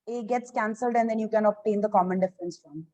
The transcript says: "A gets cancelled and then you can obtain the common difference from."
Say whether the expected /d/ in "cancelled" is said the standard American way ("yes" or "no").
yes